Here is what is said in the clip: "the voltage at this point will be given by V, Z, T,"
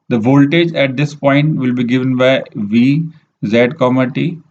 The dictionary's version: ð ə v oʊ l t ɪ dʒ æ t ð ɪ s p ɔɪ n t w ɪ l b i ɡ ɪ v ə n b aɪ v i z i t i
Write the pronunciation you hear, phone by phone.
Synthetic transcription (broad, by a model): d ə v oʊ l t ɪ dʒ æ t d ɪ s p ɔɪ n t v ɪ l b i ɡ ɪ v ə n b aɪ v i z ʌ t i